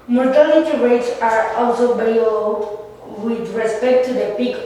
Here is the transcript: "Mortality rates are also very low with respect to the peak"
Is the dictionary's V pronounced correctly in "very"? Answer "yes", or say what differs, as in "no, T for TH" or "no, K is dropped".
no, B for V